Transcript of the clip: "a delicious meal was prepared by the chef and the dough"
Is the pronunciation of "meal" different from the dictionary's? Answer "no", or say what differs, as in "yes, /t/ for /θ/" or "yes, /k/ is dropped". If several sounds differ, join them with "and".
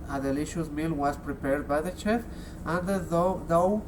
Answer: no